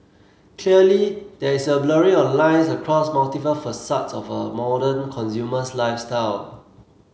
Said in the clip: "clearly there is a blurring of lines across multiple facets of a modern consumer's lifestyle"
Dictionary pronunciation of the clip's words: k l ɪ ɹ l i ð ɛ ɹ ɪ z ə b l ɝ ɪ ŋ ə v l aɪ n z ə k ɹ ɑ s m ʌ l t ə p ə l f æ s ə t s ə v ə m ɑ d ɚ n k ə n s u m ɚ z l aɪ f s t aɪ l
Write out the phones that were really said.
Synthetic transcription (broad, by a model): k l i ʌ l i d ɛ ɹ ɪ s ə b l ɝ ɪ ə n l aɪ n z ə k ɹ ɑ s m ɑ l t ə f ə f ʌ s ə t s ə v ə m ɑ d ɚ n k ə n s u m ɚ s l aɪ f s t aɪ l